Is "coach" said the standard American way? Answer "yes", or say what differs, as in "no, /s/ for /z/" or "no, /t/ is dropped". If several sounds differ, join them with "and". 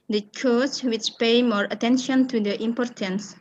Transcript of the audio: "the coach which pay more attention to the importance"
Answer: no, /s/ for /tʃ/